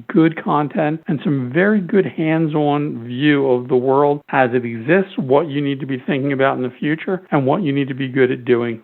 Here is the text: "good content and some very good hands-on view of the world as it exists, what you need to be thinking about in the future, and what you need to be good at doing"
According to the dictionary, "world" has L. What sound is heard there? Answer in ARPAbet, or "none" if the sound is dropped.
L